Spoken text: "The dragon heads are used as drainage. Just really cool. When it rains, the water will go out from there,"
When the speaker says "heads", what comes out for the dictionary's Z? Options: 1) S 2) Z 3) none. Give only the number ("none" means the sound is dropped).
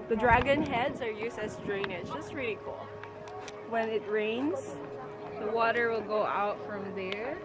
2